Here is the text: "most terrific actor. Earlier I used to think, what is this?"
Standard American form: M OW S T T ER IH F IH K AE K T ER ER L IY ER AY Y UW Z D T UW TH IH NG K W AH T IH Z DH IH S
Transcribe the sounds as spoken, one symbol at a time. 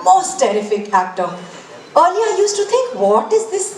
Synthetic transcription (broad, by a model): M OW S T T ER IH F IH K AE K T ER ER L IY AY Y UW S T UW T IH NG K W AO T IH Z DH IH S